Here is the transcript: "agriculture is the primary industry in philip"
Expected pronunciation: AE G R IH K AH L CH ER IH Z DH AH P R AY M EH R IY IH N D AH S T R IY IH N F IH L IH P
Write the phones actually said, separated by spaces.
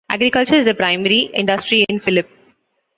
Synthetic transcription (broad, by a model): AE G R IH K AH L CH ER IH Z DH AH P R AY M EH R IY IH N D AH S T R IY IH N F IH L IH P